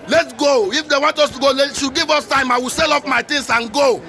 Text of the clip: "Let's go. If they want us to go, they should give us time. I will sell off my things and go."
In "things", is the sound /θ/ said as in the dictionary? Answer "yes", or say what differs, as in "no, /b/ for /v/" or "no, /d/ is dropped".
no, /t/ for /θ/